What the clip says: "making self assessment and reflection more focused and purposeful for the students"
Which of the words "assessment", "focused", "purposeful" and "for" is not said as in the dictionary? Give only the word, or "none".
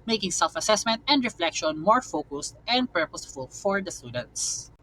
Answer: none